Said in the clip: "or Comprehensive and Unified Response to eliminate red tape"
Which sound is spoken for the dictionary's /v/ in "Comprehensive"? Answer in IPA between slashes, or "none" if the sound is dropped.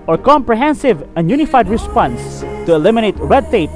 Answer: /v/